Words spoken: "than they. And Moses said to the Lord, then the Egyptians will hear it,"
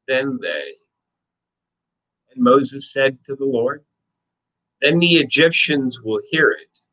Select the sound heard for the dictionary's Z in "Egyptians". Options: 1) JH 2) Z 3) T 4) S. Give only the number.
2